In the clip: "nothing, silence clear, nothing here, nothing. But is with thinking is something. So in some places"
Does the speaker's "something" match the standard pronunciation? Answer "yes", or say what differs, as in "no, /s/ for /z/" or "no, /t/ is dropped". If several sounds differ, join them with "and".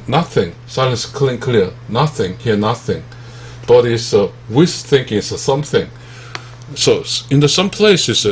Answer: yes